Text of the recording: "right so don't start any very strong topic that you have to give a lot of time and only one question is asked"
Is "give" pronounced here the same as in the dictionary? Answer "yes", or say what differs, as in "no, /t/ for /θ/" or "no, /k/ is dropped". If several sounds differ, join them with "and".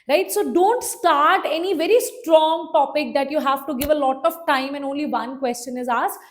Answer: yes